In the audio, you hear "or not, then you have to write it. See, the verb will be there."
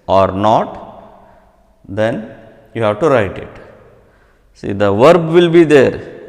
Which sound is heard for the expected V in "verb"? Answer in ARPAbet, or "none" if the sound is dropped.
V